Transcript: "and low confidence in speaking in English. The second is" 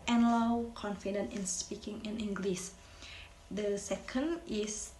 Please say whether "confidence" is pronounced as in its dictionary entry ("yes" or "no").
no